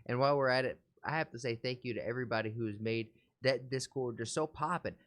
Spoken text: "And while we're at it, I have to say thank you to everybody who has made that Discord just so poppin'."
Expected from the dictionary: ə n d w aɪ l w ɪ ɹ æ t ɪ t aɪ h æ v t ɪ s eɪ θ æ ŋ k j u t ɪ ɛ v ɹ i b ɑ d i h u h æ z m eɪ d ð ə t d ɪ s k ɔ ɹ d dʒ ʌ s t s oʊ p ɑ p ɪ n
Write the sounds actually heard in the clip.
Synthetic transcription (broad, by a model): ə n w aɪ l w ɪ ɹ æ t ɪ t aɪ h æ f t ɪ s eɪ θ æ ŋ k j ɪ t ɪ ɛ v ɹ i b ɑ d i h u z m eɪ d ð ə t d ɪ s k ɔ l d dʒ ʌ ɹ s oʊ p ɑ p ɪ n